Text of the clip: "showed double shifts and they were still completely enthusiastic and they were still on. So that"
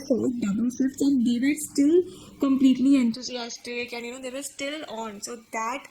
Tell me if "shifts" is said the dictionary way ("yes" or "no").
no